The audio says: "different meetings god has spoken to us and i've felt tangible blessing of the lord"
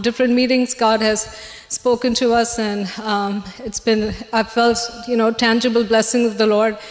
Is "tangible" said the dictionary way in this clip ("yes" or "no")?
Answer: yes